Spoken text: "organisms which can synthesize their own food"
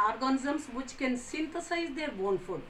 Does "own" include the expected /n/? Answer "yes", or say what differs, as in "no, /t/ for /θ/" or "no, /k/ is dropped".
yes